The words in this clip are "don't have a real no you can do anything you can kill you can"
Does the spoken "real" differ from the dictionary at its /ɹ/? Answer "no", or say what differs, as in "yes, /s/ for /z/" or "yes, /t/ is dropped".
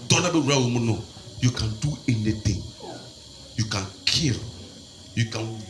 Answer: yes, /w/ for /ɹ/